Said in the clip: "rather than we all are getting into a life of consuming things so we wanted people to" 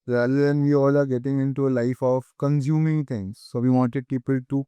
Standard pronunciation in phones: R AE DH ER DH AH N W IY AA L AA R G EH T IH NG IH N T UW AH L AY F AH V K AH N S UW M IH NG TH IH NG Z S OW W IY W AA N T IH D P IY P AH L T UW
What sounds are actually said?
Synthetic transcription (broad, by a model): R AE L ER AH N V IY AA L AA R G EH T IH NG IH N T UW AH L AY F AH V K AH N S UW M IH NG T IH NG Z S OW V IY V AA N T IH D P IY P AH L T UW